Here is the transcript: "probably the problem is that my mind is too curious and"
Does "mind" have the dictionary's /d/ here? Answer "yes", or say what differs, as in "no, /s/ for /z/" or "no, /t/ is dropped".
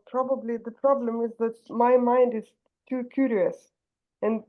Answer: yes